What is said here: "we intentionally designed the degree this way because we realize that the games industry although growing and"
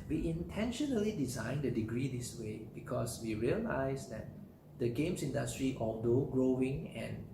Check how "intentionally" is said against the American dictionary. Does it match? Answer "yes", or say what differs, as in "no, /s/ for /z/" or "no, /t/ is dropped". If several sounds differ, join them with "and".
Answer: yes